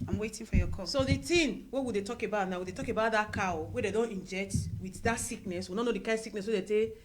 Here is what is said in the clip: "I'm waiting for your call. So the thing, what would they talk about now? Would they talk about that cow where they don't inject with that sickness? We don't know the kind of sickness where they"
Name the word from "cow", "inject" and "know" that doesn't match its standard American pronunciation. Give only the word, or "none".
none